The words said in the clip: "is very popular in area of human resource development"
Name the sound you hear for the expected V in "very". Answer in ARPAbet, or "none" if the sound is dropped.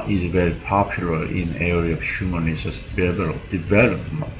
V